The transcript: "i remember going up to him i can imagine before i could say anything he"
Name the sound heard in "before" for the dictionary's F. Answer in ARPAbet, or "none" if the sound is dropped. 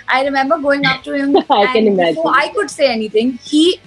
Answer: none